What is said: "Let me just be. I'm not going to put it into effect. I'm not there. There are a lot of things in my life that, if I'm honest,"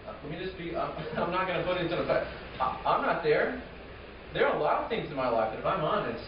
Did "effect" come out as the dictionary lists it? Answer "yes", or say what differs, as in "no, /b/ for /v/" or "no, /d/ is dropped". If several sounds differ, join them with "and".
no, /f/ is dropped